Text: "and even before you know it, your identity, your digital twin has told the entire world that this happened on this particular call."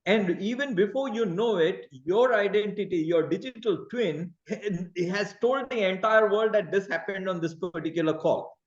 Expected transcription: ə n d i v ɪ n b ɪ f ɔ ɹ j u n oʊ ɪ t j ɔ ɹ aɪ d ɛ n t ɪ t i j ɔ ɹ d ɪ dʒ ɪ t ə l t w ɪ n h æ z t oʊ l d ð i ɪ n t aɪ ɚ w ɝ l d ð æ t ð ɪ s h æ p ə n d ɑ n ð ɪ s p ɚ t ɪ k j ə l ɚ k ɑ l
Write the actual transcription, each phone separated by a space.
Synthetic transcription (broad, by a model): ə n d i v ɪ n b ɪ f ɔ ɹ j u n oʊ ɪ t j ɔ ɹ aɪ d ɛ n t ɪ t i j ɔ ɹ d ɪ dʒ ɪ t ə l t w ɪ n h æ z t oʊ l d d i ɪ n t aɪ ɚ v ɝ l d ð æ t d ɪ s h æ p ə n d ɑ n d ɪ s p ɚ t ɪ k j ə l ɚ k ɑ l